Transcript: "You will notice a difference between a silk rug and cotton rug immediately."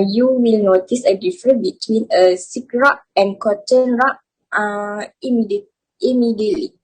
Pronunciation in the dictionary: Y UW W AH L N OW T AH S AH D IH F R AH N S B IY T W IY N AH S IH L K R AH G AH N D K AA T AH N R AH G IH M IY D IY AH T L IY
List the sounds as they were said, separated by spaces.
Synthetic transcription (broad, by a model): Y UW W AH L N OW T AH S AH D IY F R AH N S B IY T W IY N AH S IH K R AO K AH N K AA T AH N R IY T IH M IY D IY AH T L IY